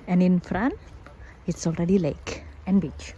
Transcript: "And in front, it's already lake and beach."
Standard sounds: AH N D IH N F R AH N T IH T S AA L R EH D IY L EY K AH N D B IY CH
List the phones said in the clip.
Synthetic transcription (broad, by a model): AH N IH N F R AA N IH T S AA L R EH D IY L EY K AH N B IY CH